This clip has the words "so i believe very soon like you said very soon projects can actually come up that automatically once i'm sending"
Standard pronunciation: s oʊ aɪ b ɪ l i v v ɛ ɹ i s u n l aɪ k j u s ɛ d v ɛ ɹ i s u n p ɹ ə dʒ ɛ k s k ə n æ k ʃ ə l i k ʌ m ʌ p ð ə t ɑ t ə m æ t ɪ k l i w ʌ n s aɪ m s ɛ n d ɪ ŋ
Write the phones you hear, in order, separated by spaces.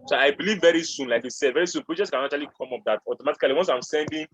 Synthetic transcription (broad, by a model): s oʊ aɪ b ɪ l i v v ɛ ɹ i s u n l aɪ k j u s ɛ d v ɛ ɹ i s u n p ɹ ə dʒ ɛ s k ə n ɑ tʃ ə l i k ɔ m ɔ p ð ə t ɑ t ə m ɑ t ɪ k l i w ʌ n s aɪ m s ɛ n d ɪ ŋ